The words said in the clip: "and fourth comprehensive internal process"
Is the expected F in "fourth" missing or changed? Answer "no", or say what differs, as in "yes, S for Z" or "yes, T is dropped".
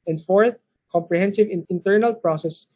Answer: no